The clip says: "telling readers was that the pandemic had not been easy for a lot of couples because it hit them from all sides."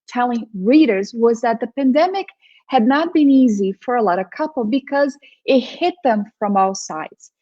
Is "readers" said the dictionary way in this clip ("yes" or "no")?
yes